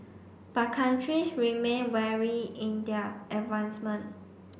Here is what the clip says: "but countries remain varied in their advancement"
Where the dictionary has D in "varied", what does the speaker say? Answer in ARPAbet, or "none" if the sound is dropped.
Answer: none